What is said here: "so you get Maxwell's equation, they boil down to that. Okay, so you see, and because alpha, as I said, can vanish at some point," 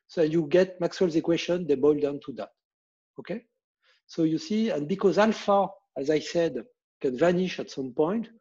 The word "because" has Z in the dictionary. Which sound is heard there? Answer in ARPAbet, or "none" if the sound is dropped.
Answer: Z